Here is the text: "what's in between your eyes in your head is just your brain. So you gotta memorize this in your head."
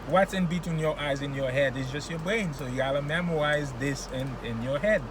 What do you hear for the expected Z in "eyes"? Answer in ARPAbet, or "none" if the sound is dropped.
Z